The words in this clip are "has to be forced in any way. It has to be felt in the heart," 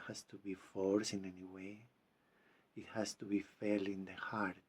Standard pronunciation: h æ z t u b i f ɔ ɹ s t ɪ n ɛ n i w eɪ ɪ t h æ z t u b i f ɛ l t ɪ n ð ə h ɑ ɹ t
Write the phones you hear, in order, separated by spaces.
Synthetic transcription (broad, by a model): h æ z t u b i f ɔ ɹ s ɪ n ɛ n i w eɪ ɪ t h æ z t u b i f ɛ l ɪ n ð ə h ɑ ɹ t